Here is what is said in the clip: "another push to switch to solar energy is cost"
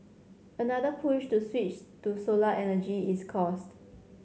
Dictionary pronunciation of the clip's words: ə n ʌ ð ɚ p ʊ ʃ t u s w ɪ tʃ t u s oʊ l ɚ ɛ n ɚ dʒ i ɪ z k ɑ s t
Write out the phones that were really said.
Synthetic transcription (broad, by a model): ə n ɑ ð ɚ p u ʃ t u s w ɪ tʃ t u s oʊ l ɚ ɛ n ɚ dʒ i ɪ s k ɑ s t